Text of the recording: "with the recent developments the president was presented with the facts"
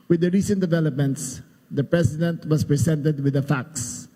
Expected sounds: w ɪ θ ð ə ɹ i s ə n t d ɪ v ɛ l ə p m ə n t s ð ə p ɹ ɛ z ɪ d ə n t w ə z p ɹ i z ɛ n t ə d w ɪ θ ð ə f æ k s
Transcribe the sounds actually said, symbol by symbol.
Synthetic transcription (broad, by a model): w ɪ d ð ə ɹ i s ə n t d ɪ v ɛ l ə p m ə n t s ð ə p ɹ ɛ s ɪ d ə n t w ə s p ɹ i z ɛ n t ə d w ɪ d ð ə f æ k s